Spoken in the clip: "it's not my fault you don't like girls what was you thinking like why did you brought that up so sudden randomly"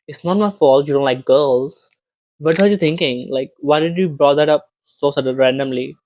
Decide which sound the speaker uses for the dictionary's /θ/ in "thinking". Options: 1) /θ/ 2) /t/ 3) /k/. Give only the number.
2